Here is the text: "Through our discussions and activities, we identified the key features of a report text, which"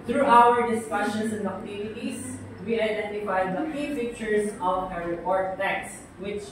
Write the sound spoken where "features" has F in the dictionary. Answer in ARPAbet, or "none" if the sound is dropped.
P